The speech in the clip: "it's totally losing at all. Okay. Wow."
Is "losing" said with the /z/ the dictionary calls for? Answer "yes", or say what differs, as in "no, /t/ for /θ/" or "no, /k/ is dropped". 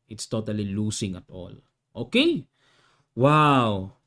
no, /s/ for /z/